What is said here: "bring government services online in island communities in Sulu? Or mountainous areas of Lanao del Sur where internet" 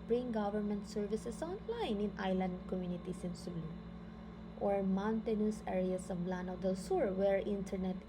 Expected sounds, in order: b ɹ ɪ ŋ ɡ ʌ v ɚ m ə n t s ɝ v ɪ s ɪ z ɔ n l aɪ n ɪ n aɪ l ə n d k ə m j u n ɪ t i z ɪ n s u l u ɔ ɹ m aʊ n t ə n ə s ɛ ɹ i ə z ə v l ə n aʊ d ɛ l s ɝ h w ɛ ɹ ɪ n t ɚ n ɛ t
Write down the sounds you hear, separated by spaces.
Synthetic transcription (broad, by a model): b ɹ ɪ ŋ ɡ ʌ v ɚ m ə n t s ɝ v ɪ s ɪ s ɔ n l aɪ n ɪ n aɪ l ə n d k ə m j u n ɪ t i s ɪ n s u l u ɔ ɹ m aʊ n t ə n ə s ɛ ɹ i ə s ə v l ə n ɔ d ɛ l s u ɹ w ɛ ɹ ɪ n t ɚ n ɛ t